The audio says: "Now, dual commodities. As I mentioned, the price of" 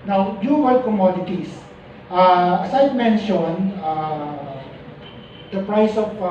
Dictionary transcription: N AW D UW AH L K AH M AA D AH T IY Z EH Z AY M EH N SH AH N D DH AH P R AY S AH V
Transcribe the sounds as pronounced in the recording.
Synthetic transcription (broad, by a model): N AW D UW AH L K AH M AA D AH T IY S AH S AY M EH N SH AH N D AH P R AY S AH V